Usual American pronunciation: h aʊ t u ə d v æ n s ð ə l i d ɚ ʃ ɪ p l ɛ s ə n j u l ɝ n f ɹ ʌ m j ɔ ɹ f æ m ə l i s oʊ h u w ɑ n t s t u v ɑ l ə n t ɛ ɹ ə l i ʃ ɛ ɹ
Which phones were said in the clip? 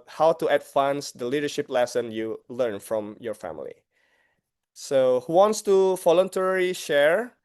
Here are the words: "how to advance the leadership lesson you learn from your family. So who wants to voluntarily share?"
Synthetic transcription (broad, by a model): h aʊ t u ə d f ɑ n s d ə l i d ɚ ʃ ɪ p l ɛ s ə n j u l ɝ n f ɹ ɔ m j ɔ ɹ f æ m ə l i s oʊ h u w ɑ n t s t u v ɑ l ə n t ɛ ɹ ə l i ʃ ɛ ɹ